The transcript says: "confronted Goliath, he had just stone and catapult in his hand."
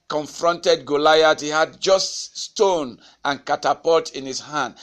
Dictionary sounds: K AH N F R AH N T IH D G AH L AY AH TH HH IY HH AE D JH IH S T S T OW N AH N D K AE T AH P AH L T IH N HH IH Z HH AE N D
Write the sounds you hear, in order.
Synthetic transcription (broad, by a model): K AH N F R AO N T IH D G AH L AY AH T HH IY HH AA D JH IH S T S T OW N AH N K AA T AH P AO T IH N HH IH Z HH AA N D